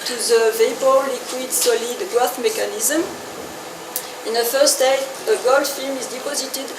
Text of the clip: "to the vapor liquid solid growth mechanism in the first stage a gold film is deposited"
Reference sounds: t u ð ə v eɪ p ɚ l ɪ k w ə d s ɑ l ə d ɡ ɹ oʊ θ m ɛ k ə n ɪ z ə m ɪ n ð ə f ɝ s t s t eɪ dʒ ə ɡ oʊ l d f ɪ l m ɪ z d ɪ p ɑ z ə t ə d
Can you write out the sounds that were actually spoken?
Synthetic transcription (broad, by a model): t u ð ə v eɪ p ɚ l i k w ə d s ɑ l ə d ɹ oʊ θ m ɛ k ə n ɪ z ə m ɪ n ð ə f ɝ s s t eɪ ə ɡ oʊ l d f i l m ɪ z d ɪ p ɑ z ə t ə d